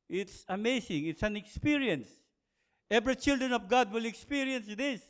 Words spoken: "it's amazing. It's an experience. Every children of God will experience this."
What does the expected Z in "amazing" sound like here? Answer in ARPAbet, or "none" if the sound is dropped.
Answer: S